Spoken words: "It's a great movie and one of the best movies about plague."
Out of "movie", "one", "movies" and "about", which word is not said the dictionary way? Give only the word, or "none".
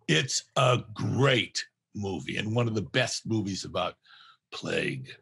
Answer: none